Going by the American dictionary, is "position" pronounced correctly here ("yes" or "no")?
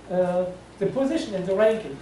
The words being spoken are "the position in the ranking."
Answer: yes